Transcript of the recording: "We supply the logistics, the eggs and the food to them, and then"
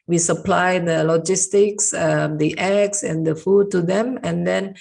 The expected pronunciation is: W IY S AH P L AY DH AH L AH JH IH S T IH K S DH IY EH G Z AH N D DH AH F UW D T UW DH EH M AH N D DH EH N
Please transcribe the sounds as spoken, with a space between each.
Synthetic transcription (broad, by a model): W IY S AH P L AY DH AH L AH JH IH S T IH K S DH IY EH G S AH N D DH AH F UW D T UW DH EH M AH N D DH EH N